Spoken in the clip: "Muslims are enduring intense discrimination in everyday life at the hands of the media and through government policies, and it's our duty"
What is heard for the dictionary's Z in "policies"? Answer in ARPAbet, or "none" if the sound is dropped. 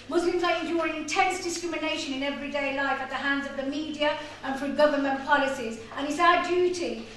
Z